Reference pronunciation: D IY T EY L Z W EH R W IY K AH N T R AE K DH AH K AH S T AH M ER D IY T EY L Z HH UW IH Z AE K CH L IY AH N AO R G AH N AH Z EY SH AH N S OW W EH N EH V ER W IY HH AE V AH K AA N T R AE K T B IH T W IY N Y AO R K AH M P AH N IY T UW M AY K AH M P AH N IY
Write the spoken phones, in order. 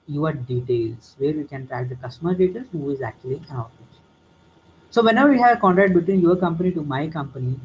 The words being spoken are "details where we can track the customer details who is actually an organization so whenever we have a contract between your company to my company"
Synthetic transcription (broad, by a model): D IY T EY L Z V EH R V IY K AH N T R AE K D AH K AH S T AH M ER D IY T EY L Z HH UW IH Z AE K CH IY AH L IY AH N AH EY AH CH S OW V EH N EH V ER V IY HH AE V AH K AA N T R AE K T B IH T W IY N Y AO R K AH M P AH N IY T UW M AY K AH M P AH N IY